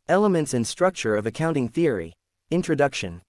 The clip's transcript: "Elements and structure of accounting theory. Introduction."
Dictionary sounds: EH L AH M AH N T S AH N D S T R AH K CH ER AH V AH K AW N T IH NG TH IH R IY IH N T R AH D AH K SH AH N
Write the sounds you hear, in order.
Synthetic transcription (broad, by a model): EH L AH M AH N T S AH N S T R AH K CH ER AH V AH K AW N T IH NG TH IH R IY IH N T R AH D AH K SH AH N